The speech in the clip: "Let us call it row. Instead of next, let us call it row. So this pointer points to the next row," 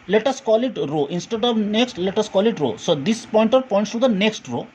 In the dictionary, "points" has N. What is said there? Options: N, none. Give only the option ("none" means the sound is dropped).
N